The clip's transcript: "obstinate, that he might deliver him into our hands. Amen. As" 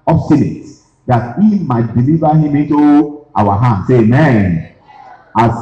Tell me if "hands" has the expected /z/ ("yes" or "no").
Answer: no